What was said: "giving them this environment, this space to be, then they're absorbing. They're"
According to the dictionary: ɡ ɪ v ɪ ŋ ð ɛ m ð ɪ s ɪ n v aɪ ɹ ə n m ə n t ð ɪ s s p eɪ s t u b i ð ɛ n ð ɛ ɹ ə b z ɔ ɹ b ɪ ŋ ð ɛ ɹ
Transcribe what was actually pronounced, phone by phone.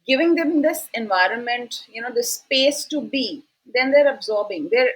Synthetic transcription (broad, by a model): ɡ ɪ v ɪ ŋ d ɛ m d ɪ s ɪ n v aɪ ɹ ə n m ə n t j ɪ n s p eɪ s t u b i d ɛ n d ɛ ɹ ə b z ɔ ɹ b ɪ ŋ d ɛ ɹ